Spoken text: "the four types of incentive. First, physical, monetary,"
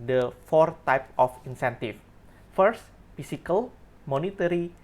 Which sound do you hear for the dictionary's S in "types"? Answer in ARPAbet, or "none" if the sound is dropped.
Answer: none